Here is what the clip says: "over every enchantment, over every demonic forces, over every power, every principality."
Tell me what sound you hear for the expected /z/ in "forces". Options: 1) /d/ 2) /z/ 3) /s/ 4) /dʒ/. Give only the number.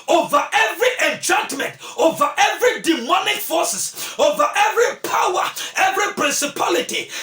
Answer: 3